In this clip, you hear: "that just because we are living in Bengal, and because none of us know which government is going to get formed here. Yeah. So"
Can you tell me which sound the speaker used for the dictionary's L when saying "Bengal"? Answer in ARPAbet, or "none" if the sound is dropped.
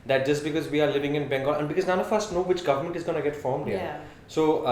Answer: N